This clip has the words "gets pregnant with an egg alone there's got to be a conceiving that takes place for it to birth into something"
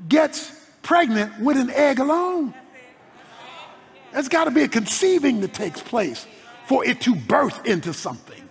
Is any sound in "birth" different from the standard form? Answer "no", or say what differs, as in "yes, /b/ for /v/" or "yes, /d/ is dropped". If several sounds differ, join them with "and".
no